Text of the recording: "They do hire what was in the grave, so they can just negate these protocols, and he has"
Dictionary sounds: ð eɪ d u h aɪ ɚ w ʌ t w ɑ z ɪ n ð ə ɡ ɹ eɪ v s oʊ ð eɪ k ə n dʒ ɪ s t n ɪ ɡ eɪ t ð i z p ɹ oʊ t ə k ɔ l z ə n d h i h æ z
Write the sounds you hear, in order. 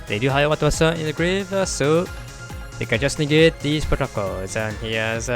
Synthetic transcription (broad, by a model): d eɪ d u h aɪ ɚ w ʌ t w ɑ s ɪ n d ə ɡ ɹ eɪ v s oʊ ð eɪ k ə n dʒ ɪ s n ɪ ɡ eɪ t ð i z p ɹ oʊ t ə k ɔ l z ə n h i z